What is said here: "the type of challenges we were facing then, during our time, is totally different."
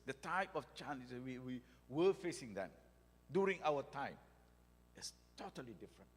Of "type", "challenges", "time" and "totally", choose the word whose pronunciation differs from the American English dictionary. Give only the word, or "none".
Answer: challenges